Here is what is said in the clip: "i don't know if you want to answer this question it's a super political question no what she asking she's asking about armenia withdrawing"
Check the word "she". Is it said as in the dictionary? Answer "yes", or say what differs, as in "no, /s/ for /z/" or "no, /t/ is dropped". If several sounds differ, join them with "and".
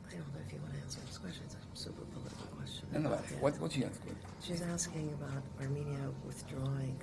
no, /s/ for /ʃ/